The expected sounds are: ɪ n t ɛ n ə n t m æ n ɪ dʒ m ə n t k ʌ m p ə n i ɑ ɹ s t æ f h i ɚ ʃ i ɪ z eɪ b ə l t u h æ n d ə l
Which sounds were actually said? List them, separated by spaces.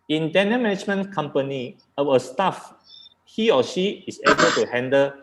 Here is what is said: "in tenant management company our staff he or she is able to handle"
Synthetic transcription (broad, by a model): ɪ n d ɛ n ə m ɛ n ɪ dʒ m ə n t k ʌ m p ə n i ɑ w s t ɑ f h i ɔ ʃ i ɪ s eɪ b ə l t u h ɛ n d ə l